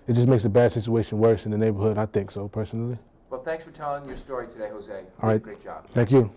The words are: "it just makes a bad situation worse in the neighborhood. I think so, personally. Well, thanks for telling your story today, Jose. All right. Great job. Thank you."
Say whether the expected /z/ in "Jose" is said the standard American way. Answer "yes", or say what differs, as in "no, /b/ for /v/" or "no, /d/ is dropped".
yes